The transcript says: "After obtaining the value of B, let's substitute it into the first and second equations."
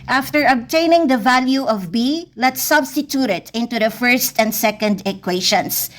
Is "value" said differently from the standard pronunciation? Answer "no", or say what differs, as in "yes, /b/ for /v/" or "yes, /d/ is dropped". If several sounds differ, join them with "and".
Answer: no